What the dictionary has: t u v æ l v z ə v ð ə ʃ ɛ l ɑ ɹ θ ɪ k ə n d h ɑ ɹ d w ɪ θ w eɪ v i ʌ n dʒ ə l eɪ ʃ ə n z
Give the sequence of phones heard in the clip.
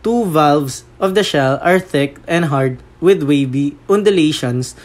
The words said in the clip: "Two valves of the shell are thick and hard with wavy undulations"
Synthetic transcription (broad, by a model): t u v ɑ l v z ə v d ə ʃ ɛ l ɑ ɹ θ ɪ k ə n d h ɑ ɹ d w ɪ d w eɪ b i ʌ n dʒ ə l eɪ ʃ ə n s